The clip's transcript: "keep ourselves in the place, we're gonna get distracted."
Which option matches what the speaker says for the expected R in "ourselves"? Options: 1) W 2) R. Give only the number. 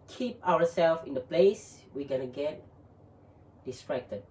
1